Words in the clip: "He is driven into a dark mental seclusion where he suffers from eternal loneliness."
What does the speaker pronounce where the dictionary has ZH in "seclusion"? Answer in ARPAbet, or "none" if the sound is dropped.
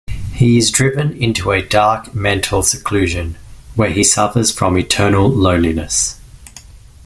ZH